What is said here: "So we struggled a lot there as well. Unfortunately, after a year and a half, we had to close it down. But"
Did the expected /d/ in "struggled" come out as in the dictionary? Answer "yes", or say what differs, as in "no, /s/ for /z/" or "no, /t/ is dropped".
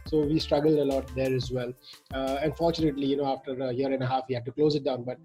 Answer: yes